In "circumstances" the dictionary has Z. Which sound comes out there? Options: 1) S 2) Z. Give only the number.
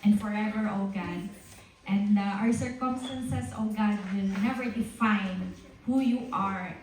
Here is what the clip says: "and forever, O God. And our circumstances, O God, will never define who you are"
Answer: 1